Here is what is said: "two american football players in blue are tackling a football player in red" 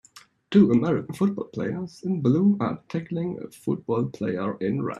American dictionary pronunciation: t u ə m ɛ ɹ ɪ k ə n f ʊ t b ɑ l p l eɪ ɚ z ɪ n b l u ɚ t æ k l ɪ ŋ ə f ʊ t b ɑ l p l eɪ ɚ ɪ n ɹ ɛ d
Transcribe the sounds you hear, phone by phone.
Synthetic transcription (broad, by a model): t u ə m ɛ ɹ ɪ k ə n f ʊ t b ɑ l p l eɪ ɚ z ɪ n b l u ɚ t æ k l ɪ ŋ ə f ʊ t b ɑ l p l eɪ ɚ ɪ n ɹ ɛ